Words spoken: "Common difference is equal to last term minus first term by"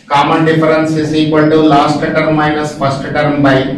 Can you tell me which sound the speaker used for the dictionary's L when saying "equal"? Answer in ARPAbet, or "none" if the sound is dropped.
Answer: N